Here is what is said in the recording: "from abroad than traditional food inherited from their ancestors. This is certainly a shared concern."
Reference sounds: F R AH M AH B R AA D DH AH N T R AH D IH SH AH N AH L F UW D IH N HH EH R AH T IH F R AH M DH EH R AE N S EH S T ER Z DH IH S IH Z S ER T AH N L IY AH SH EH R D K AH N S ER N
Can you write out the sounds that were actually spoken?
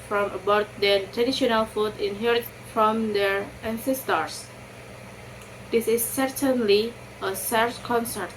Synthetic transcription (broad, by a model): F R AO M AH B AA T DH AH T R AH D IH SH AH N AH L F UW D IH N HH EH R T F R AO M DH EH R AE N S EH S T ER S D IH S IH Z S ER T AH N L IY AH S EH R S K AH N S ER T